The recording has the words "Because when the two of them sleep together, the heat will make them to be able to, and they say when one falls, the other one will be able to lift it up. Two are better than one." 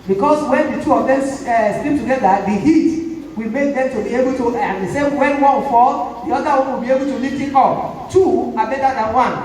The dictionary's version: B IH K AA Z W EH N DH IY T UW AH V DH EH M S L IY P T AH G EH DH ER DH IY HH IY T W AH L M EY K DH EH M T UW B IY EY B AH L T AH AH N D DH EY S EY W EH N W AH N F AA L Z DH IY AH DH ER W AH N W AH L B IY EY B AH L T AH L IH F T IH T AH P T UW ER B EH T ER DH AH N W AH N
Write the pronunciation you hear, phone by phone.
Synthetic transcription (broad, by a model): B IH K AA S W EH N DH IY T UW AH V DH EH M S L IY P T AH G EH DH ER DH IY HH IY T W AH L M EY K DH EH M T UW B IY EY B AH L T AH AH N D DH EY S EY W EH N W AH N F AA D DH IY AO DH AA W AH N W AH L B IY EY B AH L T AH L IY T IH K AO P T UW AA B EH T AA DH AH N W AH N